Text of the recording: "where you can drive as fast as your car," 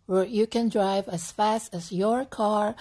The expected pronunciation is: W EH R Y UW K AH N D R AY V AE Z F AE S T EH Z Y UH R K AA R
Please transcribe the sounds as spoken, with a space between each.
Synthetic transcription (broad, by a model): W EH R Y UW K AH N D R AY V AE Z F AE S T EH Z Y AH R K AA R